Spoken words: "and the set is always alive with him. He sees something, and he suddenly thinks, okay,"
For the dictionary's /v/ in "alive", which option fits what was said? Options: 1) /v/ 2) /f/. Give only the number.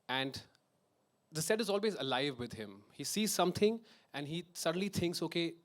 1